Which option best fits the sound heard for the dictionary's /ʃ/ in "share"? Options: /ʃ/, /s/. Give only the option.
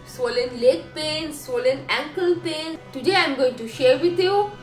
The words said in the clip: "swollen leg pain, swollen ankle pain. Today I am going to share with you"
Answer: /ʃ/